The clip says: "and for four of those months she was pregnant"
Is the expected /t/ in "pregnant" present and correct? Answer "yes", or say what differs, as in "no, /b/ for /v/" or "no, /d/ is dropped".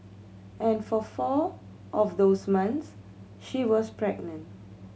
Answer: yes